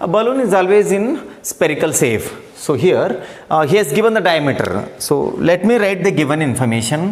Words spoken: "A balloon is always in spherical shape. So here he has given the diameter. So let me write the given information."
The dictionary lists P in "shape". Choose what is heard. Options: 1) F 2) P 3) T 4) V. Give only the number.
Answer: 1